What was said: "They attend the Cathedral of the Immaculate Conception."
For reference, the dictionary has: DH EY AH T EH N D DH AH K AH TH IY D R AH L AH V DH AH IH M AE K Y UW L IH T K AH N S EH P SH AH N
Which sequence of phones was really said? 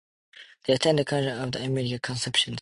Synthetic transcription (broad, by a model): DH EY AH T EH N D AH K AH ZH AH N AH V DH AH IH M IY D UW IH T K AH N S EH P SH AH N